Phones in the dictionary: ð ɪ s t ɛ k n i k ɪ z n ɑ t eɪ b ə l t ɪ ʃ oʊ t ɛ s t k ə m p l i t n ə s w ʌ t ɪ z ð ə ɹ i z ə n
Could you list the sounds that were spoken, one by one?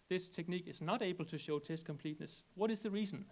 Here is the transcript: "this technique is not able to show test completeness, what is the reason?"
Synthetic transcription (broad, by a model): ð ɪ s t ɛ k n i k ɪ z n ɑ t eɪ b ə l t ɪ ʃ oʊ t ɛ s t k ə m p l i t n ə s w ʌ t ɪ z ð ə ɹ i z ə n